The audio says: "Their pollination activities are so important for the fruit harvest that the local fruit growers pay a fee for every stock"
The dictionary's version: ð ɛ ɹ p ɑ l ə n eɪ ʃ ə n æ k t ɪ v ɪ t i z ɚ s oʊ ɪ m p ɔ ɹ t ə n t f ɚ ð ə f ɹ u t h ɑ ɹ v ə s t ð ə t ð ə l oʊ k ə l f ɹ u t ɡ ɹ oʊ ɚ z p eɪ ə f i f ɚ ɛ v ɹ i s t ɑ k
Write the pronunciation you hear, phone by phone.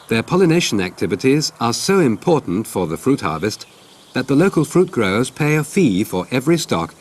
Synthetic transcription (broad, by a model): ð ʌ ɹ p ɑ l ə n eɪ ʃ ə n æ k t ɪ v ɪ t i z ɚ s oʊ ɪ m p ɔ ɹ t n t f ɚ ð ə f ɹ u t h ɑ ɹ v ə s t ð ə t ð ə l oʊ k ə l f ɹ u t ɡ ɹ oʊ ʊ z p eɪ ə f i f ɚ ɛ v ɹ i s t ɑ k